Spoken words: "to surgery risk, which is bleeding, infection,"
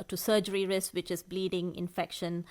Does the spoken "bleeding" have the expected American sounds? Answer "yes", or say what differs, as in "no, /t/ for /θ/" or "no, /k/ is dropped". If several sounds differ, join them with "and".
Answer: yes